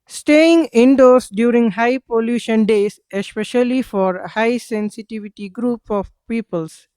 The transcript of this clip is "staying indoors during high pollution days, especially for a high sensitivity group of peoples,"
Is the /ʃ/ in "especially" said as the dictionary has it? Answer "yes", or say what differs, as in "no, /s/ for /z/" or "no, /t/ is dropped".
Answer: yes